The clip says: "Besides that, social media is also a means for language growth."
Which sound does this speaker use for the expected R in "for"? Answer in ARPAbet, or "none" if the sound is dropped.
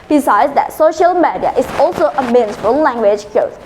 L